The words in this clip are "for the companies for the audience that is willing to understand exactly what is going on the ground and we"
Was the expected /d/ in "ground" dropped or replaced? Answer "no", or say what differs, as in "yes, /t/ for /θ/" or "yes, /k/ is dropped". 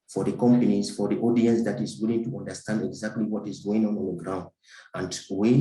no